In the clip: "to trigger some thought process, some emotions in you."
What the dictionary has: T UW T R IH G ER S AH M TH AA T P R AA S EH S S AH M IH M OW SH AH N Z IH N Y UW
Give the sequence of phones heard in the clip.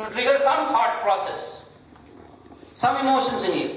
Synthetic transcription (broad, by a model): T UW T R IH G ER S AH M T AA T P R AA S EH S S AH M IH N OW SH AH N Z IH N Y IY